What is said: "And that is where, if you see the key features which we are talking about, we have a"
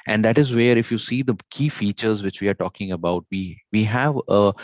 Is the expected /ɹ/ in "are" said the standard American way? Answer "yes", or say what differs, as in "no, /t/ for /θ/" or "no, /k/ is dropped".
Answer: yes